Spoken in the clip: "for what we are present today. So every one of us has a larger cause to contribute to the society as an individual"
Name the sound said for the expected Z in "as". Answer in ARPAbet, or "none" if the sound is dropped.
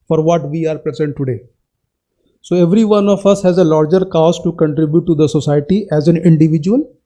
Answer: Z